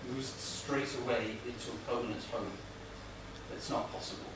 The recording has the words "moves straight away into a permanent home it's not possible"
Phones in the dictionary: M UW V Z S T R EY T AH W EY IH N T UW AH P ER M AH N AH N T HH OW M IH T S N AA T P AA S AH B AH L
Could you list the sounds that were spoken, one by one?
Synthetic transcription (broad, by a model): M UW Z S T R EY T AH W EY IH N T UW AH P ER AH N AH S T HH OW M IH T S N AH T P AA S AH B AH L